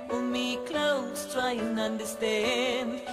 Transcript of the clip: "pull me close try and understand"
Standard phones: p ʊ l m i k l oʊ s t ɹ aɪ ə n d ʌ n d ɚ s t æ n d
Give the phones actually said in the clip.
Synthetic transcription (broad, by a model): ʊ m i k l oʊ s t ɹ aɪ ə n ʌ n d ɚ s t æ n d